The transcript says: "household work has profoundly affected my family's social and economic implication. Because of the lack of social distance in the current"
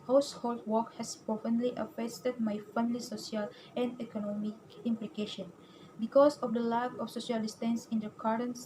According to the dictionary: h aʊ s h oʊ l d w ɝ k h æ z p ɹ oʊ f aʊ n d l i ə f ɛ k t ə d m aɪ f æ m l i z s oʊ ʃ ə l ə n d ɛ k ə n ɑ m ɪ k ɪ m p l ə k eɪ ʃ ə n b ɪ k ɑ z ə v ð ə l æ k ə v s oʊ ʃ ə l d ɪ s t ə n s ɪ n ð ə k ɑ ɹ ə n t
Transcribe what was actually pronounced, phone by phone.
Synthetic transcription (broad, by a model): h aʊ s h oʊ l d w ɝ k h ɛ s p oʊ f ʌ n l i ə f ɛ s t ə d m aɪ f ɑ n l i s oʊ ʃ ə l ə n d ɛ k ə n ɑ m ɪ k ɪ m p l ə k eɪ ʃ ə n b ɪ k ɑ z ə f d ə l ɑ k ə f s oʊ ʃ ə l d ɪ s t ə n s ɪ n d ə k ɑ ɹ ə n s